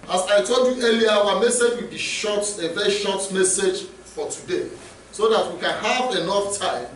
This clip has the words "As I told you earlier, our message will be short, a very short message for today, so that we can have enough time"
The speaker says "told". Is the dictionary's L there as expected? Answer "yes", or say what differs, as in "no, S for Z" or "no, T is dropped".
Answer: yes